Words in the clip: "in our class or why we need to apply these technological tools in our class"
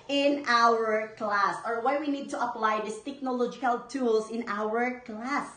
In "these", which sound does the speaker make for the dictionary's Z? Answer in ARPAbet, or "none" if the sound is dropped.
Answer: S